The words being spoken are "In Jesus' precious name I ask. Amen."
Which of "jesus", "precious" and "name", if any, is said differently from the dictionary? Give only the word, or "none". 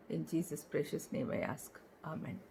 none